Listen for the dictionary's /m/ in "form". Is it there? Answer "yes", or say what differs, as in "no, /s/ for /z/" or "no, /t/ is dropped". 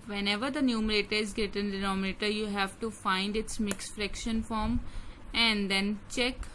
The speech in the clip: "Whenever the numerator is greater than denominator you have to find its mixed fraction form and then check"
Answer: yes